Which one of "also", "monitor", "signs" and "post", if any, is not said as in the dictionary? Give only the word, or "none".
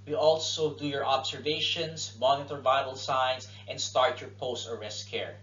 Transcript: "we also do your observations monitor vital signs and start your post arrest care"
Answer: signs